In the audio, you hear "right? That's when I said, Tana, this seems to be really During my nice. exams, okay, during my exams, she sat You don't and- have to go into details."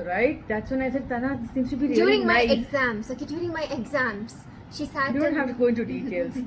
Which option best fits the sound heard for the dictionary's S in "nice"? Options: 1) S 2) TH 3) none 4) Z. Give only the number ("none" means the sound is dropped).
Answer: 3